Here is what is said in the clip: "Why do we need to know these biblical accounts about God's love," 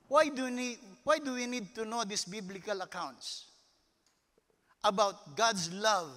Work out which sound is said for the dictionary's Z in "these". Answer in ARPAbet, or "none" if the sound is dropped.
S